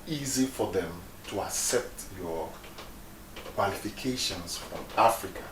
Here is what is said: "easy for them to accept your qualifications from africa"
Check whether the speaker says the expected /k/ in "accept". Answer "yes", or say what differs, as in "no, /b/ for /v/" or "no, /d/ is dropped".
yes